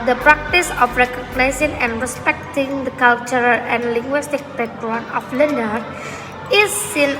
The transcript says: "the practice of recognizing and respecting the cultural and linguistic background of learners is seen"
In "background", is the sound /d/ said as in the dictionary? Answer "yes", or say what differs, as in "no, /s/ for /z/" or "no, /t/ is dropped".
no, /d/ is dropped